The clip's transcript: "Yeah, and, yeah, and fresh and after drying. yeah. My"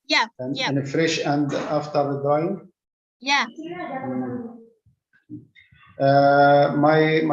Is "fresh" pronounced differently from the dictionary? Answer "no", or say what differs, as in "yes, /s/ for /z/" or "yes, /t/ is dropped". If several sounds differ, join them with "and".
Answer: no